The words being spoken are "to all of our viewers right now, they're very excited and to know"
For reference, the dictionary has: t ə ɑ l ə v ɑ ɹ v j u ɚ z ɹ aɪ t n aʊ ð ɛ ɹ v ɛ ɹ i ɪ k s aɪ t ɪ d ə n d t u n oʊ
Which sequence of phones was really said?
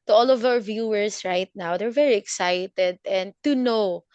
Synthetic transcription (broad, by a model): t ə ɑ l ə v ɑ w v j u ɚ s ɹ aɪ t n aʊ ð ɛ ɹ v ɛ ɹ i ɪ k s aɪ t ɪ d ə n d t u n oʊ